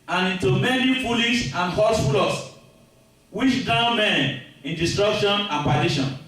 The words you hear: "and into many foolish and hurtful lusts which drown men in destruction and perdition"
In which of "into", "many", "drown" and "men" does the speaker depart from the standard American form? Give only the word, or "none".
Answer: drown